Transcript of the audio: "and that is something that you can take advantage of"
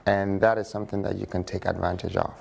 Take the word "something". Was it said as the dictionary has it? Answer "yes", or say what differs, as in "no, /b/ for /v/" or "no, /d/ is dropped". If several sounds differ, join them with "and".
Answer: yes